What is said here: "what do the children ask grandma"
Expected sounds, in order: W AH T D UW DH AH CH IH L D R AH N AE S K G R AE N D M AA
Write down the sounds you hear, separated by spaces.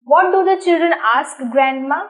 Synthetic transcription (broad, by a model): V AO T D UW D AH CH IH L D R AH N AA S K G R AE N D M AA